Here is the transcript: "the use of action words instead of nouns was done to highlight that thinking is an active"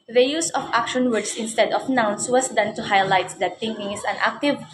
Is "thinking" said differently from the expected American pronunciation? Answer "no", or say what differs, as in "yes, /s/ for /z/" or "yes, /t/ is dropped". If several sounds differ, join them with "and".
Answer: yes, /t/ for /θ/